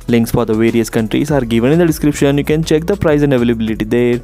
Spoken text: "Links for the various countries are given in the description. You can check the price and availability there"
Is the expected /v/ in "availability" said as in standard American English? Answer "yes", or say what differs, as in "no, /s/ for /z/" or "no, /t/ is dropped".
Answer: yes